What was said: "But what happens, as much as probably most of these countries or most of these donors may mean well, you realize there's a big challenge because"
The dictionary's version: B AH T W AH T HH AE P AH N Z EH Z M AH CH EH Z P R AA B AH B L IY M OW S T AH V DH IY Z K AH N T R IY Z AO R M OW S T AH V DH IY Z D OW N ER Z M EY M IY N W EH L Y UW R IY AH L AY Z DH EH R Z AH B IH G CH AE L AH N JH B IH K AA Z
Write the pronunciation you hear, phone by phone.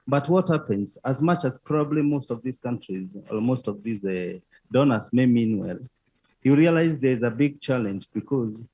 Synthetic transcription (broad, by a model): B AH T W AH T HH AE P AH N Z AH Z M AH CH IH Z P R AA B AH B L IY M OW S T AH V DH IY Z K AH N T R IY Z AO L M OW S T AH V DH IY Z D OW N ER S M EY M IY N W EH L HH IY R IY AH L AY Z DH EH R Z AH B IH G CH AE L AH N JH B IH K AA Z